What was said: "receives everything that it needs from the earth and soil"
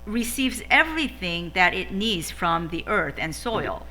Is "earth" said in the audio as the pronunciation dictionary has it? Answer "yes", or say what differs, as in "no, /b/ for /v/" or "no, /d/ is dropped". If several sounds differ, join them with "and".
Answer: yes